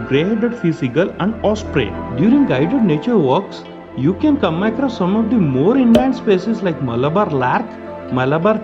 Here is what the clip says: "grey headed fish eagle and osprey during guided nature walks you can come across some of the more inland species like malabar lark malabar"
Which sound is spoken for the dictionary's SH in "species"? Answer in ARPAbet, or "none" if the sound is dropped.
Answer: S